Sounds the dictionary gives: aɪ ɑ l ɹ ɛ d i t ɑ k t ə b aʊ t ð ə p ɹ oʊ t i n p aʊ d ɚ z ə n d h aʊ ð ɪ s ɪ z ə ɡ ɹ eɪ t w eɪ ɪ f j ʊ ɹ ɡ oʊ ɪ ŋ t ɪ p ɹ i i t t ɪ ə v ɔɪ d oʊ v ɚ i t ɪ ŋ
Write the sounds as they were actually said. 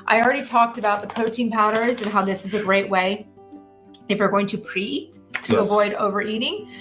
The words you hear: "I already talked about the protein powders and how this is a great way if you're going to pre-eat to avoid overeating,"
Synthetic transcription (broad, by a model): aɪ ɑ l ɹ ɛ d i t ɑ k t ə b aʊ t ð ə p oʊ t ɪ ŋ p aʊ d ɚ z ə n h aʊ ð ɪ s ɪ z ə ɡ ɹ eɪ t w eɪ ɪ f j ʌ ɹ ɡ oʊ ɪ ŋ t ɪ p ɹ i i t t ɪ ə v ɔɪ d oʊ v ɚ i t ɪ ŋ